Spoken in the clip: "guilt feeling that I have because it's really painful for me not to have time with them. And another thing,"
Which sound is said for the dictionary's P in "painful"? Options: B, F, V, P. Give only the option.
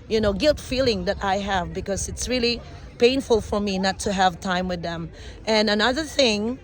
P